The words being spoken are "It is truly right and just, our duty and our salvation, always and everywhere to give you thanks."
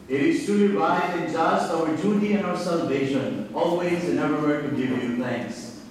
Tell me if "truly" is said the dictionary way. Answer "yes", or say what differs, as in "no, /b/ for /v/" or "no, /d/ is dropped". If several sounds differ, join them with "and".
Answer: no, /ɹ/ is dropped